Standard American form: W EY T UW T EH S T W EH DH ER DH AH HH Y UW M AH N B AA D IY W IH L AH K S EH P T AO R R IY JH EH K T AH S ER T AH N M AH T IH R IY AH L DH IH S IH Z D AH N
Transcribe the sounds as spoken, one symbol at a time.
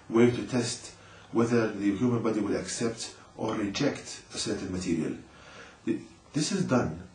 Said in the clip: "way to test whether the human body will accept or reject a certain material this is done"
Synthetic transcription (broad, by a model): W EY T UW T EH S T W EH DH ER DH AH HH Y UW M AH N B AA D IY W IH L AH K S EH P T AO R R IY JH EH K T AH S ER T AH N M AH T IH R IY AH L DH IH S IH Z D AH N